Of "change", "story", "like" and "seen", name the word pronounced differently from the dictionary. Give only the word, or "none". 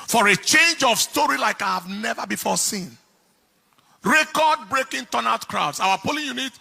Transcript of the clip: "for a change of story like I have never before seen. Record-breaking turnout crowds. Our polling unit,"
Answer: none